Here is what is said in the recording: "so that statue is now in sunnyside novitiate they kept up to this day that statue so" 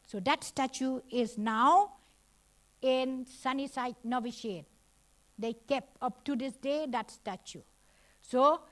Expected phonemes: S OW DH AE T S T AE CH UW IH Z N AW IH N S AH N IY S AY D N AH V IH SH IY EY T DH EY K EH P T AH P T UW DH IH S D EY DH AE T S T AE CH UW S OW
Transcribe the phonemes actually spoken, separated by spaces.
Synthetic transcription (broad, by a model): S OW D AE T S T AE CH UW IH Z N AW IH N S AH N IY S AY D N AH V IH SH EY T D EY K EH P AH P T UW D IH S D EY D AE T S T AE CH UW S OW